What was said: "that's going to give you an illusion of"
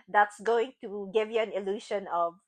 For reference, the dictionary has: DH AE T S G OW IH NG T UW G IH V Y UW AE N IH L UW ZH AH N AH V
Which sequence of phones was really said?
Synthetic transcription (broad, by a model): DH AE T S G OW IH NG T UW G IH V Y UW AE N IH L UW SH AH N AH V